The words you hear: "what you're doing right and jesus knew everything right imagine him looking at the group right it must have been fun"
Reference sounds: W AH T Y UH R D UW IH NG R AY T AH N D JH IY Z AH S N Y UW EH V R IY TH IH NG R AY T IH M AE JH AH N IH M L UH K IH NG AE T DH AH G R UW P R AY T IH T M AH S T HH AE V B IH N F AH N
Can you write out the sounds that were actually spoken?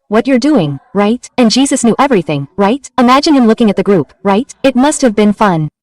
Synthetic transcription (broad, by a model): W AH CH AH R D UW IH NG R AY T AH N JH IY Z AH S N Y UW EH V R IY TH IH NG R AY T IH M AE JH AH N IH M L UH K IH NG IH T DH AH G R UW P R AY T IH T M AH S T HH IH V B IH N F AH N